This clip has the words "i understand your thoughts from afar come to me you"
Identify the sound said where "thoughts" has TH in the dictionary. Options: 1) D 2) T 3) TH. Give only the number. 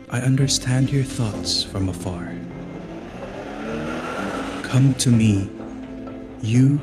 3